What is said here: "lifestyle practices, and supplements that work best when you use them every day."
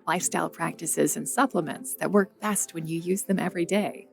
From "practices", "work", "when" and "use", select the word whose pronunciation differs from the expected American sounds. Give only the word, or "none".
none